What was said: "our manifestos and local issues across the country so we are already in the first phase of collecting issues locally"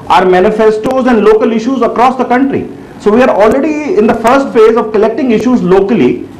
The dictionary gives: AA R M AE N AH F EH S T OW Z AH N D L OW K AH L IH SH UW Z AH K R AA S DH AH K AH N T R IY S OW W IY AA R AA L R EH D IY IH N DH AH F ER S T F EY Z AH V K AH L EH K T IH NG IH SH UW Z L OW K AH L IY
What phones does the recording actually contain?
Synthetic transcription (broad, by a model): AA R M AE N AH F EH S T OW Z AH N D L OW K AH L IH SH UW Z AH K R AA S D AH K AH N T R IY S OW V IY AA R AA L R EH D IY IH N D AH F ER S T F EY Z AH V K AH L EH K T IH NG IH SH UW Z L OW K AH L IY